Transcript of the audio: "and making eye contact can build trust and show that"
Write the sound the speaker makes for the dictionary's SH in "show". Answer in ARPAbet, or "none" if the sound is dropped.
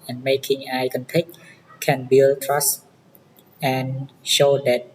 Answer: SH